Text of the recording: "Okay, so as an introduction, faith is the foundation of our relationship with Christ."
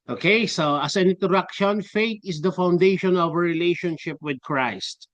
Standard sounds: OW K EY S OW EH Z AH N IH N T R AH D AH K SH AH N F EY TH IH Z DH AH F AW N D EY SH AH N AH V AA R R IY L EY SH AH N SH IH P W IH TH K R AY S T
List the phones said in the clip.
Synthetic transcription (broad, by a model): OW K EY S OW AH S AH N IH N T AH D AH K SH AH N F EY T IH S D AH F AW N D EY SH AH N AH V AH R R IY L EY SH AH N SH IH P W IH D K R AY S T